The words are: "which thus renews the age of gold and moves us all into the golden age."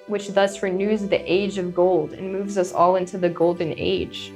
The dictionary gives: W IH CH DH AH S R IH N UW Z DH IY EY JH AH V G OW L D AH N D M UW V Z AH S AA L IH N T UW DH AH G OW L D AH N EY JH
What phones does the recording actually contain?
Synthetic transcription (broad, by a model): W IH CH DH AH S R IH N UW Z DH IY EY JH AH V G OW L D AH N M UW V Z AH S AA L IH N T UW DH AH G OW L D N EY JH